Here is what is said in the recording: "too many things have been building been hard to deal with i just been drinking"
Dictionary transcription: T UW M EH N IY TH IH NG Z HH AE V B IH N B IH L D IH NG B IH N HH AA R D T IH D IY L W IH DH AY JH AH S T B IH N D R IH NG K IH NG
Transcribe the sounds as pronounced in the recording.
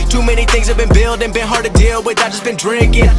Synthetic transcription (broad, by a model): T UW M EH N IY TH IH NG Z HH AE V B IH N B IH L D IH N B IH N HH AA R D T IH D IY L W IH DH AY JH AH S B IH N D R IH NG K IH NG